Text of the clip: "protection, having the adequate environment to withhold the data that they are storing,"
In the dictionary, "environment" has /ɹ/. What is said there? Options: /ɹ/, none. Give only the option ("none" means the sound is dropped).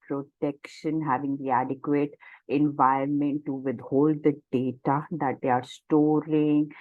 none